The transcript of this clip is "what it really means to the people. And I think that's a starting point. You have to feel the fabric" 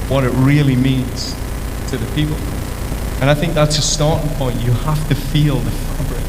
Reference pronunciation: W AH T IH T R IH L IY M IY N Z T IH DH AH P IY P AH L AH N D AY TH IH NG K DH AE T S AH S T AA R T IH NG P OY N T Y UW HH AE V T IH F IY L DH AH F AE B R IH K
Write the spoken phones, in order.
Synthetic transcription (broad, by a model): W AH T IH T R IH L IY M IY N Z T IH DH AH P IY P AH L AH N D AY TH IH NG K DH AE T S AH S T AA R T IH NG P OY N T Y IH HH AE F T IH F IY L DH AH F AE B R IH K